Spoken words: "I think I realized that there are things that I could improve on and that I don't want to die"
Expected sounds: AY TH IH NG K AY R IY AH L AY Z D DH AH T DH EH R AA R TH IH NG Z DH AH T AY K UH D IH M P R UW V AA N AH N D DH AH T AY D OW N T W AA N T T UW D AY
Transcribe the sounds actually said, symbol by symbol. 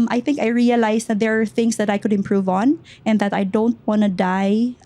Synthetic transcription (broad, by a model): AY TH IH NG K AY R IY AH L AY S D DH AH T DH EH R AA R TH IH NG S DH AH T AY K UH D IH M P R UW V AA N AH N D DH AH T AY D OW N T W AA N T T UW D AY